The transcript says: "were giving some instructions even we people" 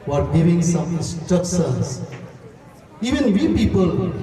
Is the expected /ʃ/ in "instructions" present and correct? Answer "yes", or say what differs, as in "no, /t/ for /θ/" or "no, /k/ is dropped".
no, /s/ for /ʃ/